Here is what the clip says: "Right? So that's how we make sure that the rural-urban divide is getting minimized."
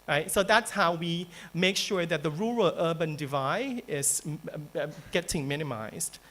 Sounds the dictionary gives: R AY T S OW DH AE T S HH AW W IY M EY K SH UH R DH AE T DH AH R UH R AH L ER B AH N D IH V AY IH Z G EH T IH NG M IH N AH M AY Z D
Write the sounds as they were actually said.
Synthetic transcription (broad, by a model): R AY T S OW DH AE T S HH AW W IY M EY K SH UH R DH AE T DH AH R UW R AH L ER B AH N D IH V AY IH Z G EH T IH NG M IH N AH M AY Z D